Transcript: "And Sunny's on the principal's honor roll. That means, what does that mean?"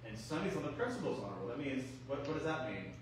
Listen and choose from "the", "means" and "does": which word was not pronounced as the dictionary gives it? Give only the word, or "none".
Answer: none